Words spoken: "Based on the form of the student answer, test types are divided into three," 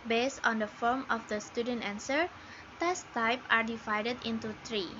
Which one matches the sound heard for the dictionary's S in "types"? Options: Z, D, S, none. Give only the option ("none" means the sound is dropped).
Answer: none